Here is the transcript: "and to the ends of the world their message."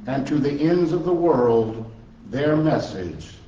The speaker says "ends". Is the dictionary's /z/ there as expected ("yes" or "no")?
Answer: yes